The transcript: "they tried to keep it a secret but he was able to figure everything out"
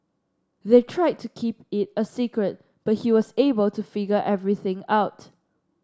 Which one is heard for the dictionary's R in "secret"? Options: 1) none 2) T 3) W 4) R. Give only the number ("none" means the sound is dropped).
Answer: 4